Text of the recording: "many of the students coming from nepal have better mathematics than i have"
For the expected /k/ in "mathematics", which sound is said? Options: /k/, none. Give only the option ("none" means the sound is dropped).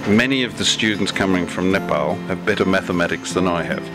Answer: /k/